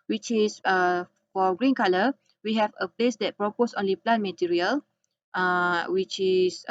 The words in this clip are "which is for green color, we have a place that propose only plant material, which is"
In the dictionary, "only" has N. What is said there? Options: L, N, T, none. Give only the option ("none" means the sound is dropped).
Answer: N